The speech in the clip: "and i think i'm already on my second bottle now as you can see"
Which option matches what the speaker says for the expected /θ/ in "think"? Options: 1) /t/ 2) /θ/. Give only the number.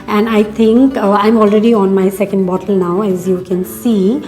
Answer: 1